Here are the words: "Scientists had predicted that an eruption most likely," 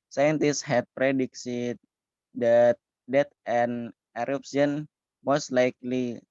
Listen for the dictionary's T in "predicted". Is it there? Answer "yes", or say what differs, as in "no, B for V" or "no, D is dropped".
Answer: no, S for T